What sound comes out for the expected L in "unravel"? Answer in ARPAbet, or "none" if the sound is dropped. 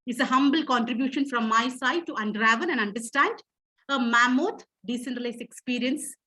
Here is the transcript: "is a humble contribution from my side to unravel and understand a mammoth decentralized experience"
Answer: N